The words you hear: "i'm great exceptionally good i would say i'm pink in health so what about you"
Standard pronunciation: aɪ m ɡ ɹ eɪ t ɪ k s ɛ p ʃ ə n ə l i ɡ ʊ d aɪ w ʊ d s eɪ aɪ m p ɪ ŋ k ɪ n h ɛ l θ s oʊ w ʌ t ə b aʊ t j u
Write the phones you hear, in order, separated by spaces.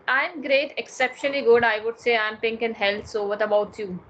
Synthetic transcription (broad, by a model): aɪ m ɡ ɹ eɪ t ɪ k s ɛ p ʃ ə n ə l i ɡ ʊ d aɪ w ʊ d s eɪ aɪ m p ɪ ŋ k ɪ n h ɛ l t s oʊ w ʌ t ə b aʊ t j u